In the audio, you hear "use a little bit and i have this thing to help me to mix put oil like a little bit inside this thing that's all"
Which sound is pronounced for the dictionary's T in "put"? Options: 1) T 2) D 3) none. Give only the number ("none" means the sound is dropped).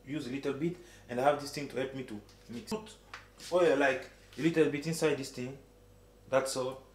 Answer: 3